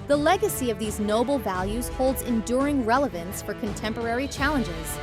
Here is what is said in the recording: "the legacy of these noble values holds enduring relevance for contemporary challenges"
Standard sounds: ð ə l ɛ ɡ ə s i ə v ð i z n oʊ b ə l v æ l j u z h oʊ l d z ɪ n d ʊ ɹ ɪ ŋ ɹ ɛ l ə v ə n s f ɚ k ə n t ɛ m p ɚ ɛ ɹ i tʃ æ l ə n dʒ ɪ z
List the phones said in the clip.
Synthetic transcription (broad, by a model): ð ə l ɛ ɡ ə s i ə v ð i z n oʊ b l v æ l j u z h oʊ l d z ɪ n d ʊ ɹ ɪ ŋ ɹ ɛ l ə v ə n s f ɚ k ə n t ɛ m p ɚ ɛ ɹ i tʃ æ l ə n dʒ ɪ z